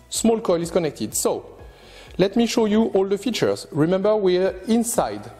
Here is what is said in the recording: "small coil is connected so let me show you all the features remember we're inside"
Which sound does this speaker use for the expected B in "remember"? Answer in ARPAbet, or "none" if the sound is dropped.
B